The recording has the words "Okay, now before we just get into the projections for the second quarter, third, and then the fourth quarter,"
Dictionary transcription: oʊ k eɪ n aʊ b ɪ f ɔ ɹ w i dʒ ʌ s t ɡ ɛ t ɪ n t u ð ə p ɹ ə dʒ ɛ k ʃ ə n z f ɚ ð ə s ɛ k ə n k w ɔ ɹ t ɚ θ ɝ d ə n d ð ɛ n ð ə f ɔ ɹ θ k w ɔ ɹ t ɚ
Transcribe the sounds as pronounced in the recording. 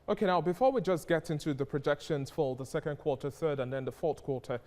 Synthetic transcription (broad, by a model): oʊ k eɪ n aʊ b ɪ f ɔ ɹ w i dʒ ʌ s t ɡ ɛ t ɪ n t u ð ə p ɹ ə dʒ ɛ k ʃ ə n z f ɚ ð ə s ɛ k ə n k w ɔ ɹ t ɚ θ ɝ d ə n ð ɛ n ð ə f ɔ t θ k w ɔ ɹ t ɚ